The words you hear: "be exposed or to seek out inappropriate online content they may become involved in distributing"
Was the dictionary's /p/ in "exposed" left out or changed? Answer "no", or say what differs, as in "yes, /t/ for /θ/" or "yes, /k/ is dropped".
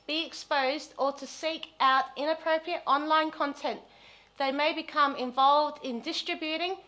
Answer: no